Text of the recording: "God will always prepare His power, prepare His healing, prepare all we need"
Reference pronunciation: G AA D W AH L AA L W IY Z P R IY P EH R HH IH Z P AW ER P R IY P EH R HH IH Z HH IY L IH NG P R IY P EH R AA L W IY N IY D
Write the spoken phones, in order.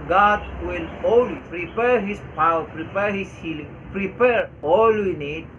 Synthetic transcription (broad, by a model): G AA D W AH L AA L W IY P R IY P EH R HH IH S P AW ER P R IY P EH R HH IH S HH IY L IH NG P R IY P EH R AA L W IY N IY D